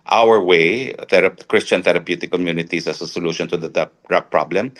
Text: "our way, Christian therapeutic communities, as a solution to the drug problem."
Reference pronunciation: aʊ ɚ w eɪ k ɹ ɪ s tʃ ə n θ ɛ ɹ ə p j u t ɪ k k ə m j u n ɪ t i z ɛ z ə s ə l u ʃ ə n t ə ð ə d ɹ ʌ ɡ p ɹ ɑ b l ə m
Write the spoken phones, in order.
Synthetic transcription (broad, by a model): aʊ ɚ w eɪ k ɹ ɪ s tʃ ə n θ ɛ ɹ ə p j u t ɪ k k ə m j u n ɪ t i s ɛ s ə s ə l u ʃ ə n t ə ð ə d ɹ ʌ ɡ p ɹ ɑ b l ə m